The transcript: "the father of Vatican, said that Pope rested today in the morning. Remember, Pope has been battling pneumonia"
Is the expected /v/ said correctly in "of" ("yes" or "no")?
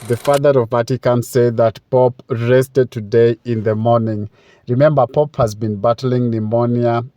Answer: yes